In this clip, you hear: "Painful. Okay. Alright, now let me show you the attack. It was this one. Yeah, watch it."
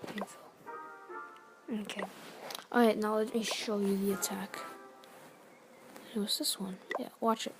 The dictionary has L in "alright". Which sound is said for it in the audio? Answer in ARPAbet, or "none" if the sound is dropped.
none